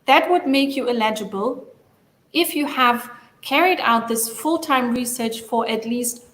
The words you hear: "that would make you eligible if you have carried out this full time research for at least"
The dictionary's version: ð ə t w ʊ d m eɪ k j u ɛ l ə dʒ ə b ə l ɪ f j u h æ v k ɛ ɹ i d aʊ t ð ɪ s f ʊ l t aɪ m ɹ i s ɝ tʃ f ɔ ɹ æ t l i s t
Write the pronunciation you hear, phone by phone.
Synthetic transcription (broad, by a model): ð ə t w ʊ d m eɪ k j u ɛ l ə dʒ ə b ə l ɪ f j u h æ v k ɛ ɹ i d aʊ t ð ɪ s f ʊ l t aɪ m ɹ i s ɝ tʃ f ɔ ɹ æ t l i s t